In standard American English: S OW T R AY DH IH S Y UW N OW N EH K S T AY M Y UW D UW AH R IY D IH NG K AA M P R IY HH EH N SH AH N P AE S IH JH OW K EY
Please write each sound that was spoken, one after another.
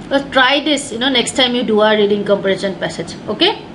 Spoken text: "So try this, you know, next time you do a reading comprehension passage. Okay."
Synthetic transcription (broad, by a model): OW T R AY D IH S Y UW N OW N EH K S T AY M Y UW D UW AH R IY D IH NG K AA M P IY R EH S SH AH N P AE S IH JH OW K EY